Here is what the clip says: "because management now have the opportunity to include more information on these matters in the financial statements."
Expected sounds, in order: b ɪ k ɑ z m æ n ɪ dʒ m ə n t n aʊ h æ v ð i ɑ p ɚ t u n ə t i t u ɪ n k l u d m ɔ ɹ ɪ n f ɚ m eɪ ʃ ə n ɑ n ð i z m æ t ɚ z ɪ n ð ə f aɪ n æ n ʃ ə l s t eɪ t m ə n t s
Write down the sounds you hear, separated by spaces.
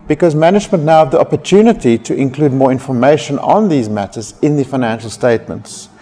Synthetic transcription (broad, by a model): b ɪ k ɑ z m æ n ɪ dʒ m ə n t n aʊ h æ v ð i ɑ p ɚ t u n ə t i t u ɪ n k l u d m ɔ ɹ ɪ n f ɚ m eɪ ʃ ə n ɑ n ð i z m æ t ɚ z ɪ n ð ə f aɪ n æ n ʃ ə l s t eɪ t m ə n t s